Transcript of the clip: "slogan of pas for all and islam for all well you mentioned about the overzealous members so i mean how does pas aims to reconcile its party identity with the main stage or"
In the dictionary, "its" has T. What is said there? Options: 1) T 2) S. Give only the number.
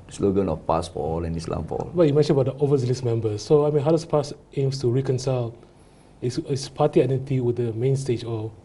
2